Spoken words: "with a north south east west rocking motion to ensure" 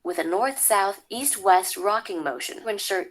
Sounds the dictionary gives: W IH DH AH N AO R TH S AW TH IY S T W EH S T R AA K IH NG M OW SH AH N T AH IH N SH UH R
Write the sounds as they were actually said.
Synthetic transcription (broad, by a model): W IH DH AH N AO R TH S AW TH IY S T W EH S T R AA K IH NG M OW SH AH N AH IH N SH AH R